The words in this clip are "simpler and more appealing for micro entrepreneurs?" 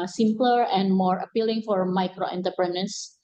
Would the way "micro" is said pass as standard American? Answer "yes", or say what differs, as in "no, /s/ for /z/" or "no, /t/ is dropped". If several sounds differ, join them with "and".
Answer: yes